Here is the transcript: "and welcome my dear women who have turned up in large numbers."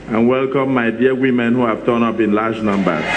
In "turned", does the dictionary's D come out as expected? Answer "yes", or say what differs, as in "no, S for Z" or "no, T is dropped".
no, D is dropped